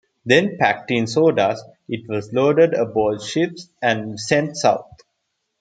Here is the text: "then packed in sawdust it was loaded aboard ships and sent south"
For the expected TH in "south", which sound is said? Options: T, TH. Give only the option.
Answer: T